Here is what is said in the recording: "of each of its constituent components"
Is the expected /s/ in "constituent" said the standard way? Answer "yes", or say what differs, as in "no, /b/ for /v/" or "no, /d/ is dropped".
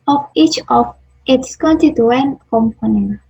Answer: no, /s/ is dropped